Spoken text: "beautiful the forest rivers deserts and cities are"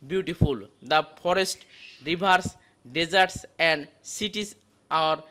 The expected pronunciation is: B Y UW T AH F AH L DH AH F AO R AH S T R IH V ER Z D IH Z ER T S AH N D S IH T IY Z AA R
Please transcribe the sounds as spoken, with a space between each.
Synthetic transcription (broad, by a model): B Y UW T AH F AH L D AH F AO R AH S T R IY B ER S D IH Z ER T S AH N D S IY T IY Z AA R